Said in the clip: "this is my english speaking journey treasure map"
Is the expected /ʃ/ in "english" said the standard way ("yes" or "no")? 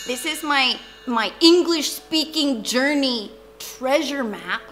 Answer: yes